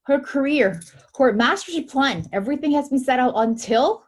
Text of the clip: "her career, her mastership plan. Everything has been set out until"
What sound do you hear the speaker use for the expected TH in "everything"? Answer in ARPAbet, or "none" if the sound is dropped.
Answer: TH